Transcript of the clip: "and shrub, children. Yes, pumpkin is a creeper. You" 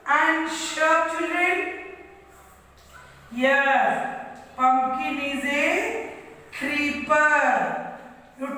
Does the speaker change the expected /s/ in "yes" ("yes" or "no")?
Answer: yes